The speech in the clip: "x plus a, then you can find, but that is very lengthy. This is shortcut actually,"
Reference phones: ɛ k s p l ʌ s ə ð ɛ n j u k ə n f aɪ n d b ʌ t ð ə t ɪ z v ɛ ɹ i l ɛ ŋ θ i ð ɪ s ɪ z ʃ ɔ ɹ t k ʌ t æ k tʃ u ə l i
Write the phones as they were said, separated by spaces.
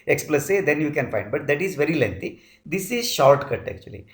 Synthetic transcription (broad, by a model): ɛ k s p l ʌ s ə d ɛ n j u k ə n f aɪ n d b ʌ t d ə t ɪ z v ɛ ɹ i l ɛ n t i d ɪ s ɪ z ʃ ɔ ɹ t k ʌ t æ k tʃ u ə l i